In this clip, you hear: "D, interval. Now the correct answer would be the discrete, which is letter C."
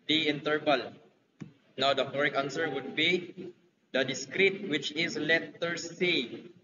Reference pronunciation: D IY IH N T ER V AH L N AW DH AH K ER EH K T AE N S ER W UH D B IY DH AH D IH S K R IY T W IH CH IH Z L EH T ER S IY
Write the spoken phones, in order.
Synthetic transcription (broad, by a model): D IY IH N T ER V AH L N AW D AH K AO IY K AA N S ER W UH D B IY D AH D IH S K R IY T W IH CH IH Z L EH T ER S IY